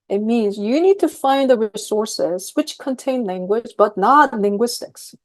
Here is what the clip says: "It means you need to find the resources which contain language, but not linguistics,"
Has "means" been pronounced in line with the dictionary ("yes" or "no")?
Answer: yes